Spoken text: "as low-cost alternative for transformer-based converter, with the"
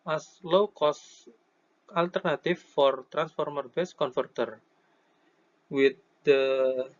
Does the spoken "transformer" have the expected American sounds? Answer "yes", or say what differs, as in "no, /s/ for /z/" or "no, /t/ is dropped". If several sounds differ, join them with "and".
yes